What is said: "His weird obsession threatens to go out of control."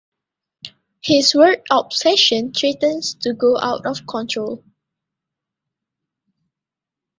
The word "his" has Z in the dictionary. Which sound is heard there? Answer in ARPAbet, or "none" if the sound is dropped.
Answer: S